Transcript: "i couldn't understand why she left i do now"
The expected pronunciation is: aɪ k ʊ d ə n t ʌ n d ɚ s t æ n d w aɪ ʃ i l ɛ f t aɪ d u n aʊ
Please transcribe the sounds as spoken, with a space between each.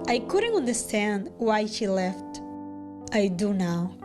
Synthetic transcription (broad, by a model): aɪ k ʊ d ə n t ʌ n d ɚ s t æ n d w aɪ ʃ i l ɛ f t aɪ d u n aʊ